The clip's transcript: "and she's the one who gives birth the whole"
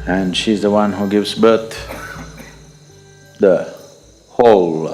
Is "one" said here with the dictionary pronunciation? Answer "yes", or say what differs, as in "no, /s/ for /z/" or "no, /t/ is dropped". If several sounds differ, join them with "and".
yes